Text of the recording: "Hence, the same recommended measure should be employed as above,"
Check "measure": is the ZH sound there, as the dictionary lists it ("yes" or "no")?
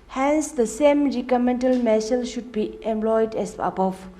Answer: no